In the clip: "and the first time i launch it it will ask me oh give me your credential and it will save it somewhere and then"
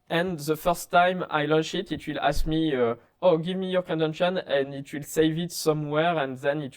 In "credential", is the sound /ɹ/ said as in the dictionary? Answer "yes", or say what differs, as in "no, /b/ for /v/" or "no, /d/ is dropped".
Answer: no, /ɹ/ is dropped